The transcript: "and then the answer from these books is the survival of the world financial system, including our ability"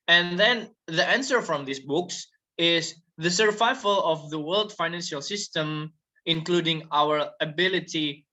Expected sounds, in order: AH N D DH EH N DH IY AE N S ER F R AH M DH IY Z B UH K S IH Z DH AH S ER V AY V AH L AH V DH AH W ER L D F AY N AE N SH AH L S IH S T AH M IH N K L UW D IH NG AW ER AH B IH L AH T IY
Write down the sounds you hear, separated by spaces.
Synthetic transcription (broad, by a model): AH N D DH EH N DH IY AE N S ER F R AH M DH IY S B UH K S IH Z DH AH S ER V AY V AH L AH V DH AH W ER L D F AY N AE N SH AH L S IH S T AH M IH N K L UW D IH NG AW ER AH B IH L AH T IY